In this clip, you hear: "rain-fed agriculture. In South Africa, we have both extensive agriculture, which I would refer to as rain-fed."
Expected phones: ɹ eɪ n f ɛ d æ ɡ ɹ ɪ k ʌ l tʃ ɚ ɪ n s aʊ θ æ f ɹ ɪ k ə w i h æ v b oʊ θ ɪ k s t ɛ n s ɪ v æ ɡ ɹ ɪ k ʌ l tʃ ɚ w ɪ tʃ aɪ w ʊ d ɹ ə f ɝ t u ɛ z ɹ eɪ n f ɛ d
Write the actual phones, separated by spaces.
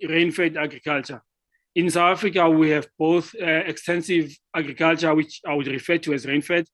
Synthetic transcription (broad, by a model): ɹ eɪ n f ɛ d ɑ ɡ ɹ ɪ k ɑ l tʃ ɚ ɪ n s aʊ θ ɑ f ɹ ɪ k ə w i h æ v b oʊ θ ɪ k s t ɛ n s ɪ v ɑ ɡ ɹ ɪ k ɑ l tʃ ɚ w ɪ tʃ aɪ w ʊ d ɹ ə f ɝ t u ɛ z ɹ eɪ n f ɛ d